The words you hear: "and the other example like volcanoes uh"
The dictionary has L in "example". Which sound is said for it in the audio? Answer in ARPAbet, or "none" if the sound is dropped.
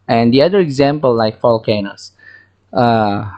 L